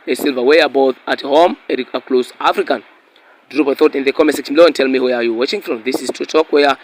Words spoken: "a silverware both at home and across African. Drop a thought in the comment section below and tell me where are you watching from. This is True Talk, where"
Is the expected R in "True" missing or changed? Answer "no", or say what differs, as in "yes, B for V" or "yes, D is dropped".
yes, R is dropped